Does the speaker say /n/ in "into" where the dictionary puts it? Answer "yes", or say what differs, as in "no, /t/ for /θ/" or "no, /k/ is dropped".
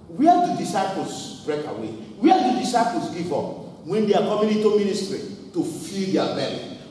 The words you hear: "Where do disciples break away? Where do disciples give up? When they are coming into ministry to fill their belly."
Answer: no, /n/ is dropped